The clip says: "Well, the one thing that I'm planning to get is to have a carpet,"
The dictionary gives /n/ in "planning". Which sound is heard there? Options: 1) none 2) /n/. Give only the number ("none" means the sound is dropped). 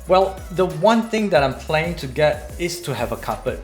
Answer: 1